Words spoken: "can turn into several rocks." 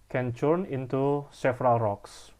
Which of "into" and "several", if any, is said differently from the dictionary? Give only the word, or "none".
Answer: several